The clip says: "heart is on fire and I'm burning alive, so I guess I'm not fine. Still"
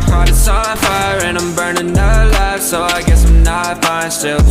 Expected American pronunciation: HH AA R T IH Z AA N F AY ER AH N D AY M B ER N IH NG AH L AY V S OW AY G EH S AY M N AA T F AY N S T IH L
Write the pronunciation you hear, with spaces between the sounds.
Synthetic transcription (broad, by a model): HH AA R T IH S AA L F AY ER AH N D AY M B ER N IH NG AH L AY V S OW AY G EH S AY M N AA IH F AY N S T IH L